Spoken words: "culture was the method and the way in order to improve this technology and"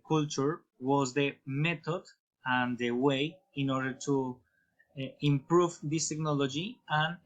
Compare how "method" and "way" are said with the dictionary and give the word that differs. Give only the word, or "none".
method